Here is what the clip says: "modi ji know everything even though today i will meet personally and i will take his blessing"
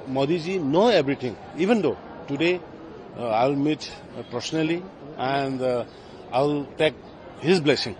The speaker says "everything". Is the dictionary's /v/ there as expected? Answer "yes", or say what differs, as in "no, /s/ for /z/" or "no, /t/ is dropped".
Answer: no, /b/ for /v/